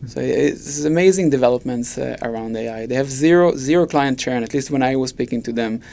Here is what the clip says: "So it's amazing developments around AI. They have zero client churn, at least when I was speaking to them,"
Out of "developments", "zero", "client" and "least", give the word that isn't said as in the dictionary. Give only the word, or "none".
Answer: none